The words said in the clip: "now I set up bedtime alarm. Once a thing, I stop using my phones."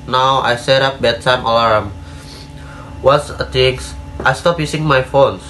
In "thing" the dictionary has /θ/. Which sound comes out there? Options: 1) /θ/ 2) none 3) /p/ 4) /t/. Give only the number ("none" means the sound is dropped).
4